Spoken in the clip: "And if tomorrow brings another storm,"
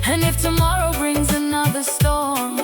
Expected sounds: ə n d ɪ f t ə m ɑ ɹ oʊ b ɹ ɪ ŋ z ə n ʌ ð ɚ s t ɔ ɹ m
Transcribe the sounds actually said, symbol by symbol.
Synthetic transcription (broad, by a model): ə n ɪ f t ə m ɑ ɹ oʊ b ɹ ɪ ŋ z ə n ʌ ð ɚ s t ɔ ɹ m